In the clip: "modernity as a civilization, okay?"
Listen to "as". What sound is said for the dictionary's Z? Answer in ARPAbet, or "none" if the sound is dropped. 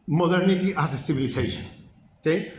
S